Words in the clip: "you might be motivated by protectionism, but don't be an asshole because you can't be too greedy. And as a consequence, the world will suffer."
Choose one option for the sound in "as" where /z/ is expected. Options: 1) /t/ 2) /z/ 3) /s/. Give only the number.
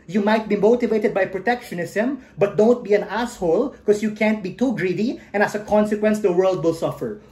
3